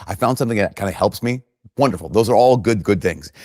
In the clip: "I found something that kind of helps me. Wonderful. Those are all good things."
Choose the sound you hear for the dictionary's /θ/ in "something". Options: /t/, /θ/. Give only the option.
/θ/